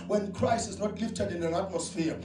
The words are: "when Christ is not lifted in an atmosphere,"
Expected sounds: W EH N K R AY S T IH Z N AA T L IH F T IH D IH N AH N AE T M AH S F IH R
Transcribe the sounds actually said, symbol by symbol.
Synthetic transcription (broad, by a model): W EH N K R AY S IH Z N AA T L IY F T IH D IH N AH N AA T M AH S F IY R